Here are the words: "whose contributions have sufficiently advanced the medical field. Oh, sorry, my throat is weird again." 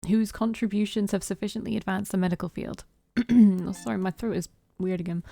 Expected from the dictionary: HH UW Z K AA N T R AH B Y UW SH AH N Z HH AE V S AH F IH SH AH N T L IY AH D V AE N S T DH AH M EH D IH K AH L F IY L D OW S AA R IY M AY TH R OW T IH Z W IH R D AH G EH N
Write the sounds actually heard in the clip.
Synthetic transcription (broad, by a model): HH UW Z K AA N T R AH B Y UW SH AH N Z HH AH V S AH F IH SH AH N T L IY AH D V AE N S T DH AH M EH D IH K AH L F IY L D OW S AA R IY M AY TH R OW T IH Z W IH R D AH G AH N